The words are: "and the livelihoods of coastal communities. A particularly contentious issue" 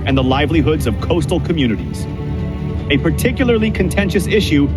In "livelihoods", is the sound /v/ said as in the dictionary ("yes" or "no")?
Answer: yes